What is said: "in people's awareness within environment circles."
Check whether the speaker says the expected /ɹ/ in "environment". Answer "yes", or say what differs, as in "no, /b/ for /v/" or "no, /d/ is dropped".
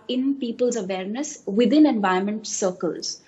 no, /ɹ/ is dropped